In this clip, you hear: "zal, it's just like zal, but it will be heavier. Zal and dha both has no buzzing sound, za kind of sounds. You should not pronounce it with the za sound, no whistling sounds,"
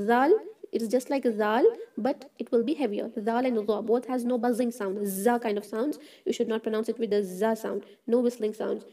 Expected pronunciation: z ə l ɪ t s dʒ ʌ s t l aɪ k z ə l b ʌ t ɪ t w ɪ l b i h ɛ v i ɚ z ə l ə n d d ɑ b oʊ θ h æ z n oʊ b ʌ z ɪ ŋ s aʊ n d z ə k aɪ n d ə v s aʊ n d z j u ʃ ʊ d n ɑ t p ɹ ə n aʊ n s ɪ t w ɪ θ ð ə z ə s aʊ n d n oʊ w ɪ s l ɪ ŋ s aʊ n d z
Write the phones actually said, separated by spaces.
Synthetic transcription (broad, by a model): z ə l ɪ t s dʒ ʌ s t l aɪ k z ə l b ʌ t ɪ t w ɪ l b i h ɛ v i ɚ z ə l ə n d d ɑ b oʊ t h æ z n oʊ b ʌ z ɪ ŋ s aʊ n d z ə k aɪ n d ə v s aʊ n d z j u ʃ ʊ d n ɑ t p ɹ ə n aʊ n s ɪ t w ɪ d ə z ə s aʊ n d n oʊ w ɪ s l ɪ ŋ s aʊ n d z